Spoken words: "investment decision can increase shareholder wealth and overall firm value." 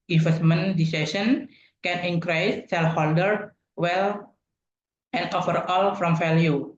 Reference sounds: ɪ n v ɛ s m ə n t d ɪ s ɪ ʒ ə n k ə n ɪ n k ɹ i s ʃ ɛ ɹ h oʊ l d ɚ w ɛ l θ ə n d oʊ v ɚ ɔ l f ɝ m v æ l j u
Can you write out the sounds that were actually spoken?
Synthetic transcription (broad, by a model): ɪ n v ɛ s m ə n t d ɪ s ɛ s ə n k ə n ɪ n k ɹ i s s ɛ l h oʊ l d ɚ w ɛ l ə n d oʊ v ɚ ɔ l f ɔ m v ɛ l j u